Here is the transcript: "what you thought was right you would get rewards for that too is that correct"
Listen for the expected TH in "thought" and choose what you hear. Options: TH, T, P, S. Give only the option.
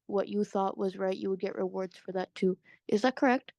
TH